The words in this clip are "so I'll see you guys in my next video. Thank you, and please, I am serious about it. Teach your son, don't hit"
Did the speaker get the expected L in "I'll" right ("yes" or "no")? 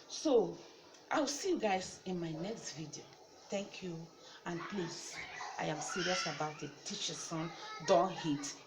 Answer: no